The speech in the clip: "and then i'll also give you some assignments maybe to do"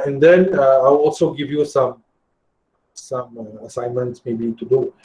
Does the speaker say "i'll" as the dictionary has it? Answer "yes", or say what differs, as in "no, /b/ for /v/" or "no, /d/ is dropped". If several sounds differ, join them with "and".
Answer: no, /w/ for /l/